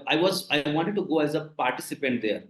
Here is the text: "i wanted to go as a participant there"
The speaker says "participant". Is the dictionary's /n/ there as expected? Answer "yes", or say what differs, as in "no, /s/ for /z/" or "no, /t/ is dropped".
yes